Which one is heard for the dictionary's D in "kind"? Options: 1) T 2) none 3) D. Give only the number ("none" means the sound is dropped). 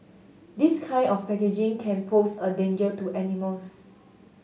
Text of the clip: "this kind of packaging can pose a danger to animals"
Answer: 2